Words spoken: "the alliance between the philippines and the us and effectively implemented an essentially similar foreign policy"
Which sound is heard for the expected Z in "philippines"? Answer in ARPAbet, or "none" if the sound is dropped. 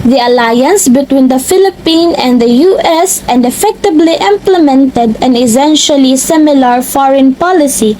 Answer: none